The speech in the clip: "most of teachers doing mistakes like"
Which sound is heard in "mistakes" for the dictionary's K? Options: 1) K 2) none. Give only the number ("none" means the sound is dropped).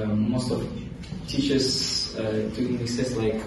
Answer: 2